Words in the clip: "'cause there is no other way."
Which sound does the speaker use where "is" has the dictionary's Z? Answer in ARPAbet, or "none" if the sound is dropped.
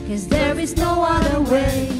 Z